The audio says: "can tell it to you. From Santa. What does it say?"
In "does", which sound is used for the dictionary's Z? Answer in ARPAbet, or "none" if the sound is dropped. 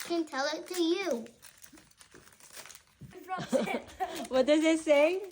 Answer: Z